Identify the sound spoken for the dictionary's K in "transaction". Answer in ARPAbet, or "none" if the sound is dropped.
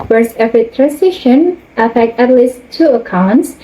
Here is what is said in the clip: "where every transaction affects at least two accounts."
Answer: none